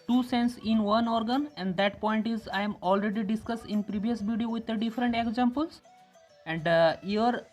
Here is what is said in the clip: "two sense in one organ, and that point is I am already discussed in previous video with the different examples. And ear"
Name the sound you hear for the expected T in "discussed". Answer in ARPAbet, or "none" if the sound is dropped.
T